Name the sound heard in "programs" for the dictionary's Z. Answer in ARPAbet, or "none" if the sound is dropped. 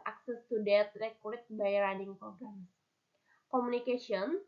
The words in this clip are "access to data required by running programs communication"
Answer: none